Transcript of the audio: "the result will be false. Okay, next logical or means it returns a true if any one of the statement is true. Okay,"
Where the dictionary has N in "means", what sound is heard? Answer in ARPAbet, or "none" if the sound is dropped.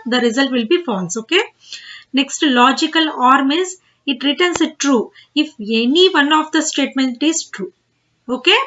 none